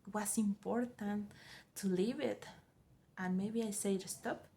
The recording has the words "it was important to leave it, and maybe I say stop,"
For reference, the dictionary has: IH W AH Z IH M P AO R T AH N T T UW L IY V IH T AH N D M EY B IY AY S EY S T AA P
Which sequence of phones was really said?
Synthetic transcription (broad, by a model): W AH S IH M P AO R T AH N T T UW L IY V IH T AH N M EY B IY AY S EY S T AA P